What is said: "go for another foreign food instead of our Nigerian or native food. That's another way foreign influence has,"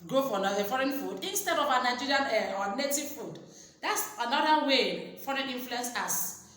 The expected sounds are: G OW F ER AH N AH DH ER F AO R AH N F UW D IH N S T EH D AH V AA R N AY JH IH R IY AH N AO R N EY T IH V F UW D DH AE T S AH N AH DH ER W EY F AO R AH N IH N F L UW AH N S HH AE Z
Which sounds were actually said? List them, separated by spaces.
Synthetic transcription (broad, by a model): G OW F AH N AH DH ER F AO R AH N F UW D IH N S T EH D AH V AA N AY JH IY R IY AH N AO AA N EY T IH V F UW D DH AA T S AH N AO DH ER W EY F AO R AH N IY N F L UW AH N S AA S